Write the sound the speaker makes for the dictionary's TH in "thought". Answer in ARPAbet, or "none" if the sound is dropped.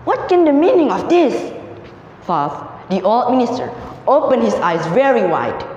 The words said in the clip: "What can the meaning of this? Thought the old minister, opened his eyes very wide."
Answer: F